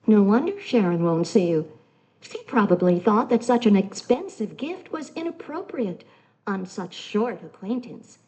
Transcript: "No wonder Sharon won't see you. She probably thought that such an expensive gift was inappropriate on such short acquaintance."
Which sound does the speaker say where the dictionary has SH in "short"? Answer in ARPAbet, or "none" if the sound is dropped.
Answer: SH